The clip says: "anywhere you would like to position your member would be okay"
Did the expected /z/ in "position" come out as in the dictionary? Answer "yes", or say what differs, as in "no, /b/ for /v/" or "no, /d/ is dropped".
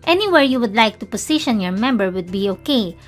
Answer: no, /s/ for /z/